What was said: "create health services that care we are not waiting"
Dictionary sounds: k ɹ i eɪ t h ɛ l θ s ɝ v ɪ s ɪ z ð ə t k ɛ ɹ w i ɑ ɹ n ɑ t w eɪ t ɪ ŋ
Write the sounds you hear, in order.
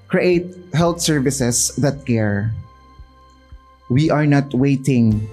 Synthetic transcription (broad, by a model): k ɹ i eɪ t h ɛ l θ s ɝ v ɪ s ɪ s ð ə t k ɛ ɹ w i ɑ ɹ n ɑ t w eɪ t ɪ ŋ